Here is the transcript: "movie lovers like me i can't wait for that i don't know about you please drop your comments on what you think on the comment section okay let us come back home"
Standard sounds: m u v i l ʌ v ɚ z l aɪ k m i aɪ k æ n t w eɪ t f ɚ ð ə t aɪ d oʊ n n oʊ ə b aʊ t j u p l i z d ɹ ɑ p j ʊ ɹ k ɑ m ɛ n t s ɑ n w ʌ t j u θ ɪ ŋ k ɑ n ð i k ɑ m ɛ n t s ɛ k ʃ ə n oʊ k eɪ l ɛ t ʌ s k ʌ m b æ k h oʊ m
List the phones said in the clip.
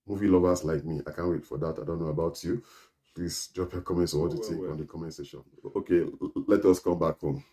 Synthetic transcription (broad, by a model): m u v i l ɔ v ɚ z l aɪ k m i aɪ k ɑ n w eɪ t f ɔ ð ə t aɪ d oʊ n n oʊ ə b aʊ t j u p l i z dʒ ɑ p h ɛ k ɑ m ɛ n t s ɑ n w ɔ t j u t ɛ k ɑ n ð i k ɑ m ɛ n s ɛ ʃ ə n oʊ k eɪ l ɛ t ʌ s k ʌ m b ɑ k h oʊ m